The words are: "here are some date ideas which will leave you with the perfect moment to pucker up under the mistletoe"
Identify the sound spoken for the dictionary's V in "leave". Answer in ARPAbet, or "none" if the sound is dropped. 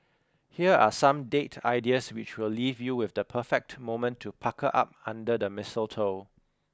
V